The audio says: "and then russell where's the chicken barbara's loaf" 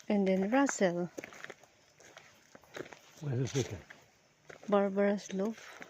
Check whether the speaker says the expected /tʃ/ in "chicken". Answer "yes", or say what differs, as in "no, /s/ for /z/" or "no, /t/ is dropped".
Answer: no, /s/ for /tʃ/